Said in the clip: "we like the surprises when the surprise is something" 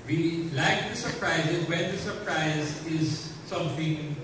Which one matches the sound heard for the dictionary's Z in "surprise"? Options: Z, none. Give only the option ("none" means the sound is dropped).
Z